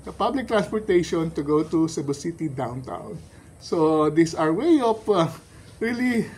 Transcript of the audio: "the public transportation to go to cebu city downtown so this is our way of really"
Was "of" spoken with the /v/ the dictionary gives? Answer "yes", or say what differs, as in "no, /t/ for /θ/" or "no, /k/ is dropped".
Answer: no, /p/ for /v/